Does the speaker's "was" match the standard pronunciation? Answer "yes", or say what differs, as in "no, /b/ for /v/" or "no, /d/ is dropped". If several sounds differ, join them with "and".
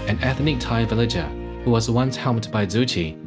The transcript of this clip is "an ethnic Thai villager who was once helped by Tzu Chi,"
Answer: yes